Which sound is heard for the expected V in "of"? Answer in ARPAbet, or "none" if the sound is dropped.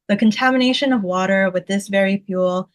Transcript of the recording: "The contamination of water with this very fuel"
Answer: V